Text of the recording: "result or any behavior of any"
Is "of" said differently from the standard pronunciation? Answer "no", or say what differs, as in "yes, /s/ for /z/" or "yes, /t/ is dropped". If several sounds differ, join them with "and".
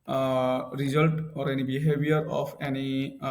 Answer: yes, /p/ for /v/